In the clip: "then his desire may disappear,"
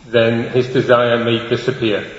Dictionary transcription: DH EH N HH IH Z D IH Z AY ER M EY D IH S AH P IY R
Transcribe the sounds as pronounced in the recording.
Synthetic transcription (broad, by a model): DH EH N HH IH Z D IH Z AY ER M EY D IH S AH P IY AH